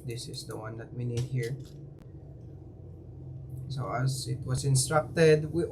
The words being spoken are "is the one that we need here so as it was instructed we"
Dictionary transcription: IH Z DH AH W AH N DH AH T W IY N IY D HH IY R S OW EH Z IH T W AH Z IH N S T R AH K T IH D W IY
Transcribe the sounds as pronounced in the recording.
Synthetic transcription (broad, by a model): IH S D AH W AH N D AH T W IY N IY D HH IY R S OW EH S IH T W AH S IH N S T R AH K T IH D W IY